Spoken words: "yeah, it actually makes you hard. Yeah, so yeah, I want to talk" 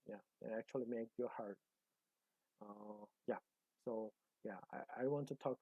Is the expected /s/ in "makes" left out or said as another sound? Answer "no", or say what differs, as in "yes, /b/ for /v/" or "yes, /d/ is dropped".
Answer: yes, /s/ is dropped